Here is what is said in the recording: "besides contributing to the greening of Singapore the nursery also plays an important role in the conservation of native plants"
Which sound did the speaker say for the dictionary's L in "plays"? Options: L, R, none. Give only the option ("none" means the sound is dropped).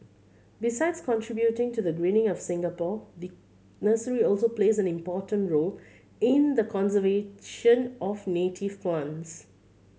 L